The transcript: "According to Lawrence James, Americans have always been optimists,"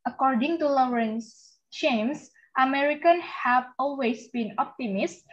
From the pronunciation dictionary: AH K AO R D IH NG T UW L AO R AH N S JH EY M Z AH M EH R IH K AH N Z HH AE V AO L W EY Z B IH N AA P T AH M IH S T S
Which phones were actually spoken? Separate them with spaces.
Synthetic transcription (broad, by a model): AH K AO R D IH NG T UW L AO R AH N S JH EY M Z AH M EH R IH K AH N HH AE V AO L W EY S B IH N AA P T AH M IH S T